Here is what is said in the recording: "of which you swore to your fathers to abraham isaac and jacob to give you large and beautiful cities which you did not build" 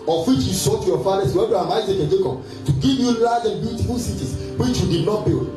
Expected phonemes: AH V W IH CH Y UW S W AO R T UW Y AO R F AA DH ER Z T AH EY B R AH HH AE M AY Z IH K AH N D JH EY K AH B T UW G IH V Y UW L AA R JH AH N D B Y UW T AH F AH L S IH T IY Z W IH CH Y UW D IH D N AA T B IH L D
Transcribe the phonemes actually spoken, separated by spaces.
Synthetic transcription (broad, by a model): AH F W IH CH Y UW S AO T UW Y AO F AA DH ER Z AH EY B AH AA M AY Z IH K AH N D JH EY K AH T UW G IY V Y UW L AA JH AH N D B Y UW T AH F AH L S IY T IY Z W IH CH Y UW D IH D N AA T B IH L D